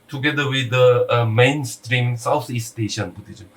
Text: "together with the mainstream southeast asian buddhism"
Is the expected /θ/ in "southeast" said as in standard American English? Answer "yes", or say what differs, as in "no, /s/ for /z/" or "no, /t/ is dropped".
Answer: no, /t/ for /θ/